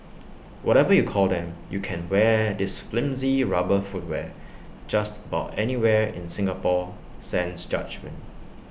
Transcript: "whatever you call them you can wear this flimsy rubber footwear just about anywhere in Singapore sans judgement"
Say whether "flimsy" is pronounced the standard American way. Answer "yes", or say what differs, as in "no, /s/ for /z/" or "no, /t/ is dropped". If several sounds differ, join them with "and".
yes